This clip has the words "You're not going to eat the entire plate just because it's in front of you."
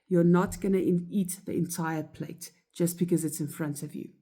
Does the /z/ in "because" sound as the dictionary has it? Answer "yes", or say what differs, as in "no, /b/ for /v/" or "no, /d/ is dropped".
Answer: yes